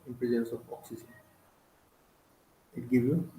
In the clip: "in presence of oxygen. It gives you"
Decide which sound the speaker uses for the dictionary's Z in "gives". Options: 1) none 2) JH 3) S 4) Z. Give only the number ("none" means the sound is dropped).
1